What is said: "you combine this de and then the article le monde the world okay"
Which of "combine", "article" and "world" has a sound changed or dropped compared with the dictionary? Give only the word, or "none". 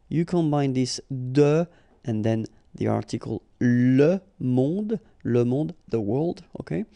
none